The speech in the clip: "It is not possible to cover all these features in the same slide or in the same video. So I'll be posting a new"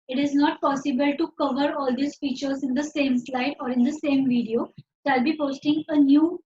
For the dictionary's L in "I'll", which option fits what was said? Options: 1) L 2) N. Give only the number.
1